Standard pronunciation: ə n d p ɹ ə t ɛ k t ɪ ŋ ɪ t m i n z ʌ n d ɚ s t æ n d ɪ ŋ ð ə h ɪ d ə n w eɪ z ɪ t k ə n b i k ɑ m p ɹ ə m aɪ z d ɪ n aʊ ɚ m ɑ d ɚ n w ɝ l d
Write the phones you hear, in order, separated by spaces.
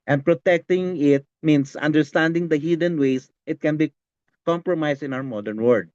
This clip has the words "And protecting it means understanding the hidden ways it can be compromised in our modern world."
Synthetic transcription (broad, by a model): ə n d p ɹ ə t ɛ k t ɪ ŋ ɪ t m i n s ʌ n d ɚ s t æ n d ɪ ŋ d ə h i d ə n w eɪ s ɪ t k ə n b i k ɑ m p ɹ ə m aɪ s ɪ n aʊ ɚ m ɑ d ɚ n w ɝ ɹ d